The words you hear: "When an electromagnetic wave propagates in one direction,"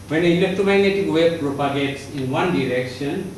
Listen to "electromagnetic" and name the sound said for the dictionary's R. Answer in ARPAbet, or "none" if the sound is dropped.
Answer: none